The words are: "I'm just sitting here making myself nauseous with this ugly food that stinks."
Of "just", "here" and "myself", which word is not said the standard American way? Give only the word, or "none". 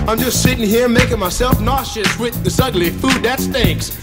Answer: none